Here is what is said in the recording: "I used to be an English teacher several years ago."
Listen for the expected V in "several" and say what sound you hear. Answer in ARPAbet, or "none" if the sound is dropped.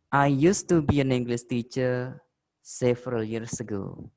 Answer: F